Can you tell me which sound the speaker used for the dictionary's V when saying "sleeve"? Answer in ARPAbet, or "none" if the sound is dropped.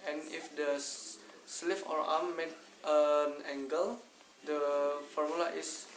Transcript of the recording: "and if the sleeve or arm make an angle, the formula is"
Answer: F